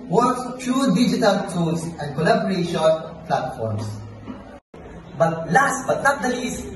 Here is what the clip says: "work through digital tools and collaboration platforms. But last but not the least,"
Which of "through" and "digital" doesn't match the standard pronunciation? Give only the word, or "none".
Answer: through